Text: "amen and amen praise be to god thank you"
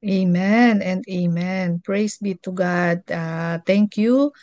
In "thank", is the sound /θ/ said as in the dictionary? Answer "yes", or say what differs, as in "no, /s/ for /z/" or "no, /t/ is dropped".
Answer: no, /t/ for /θ/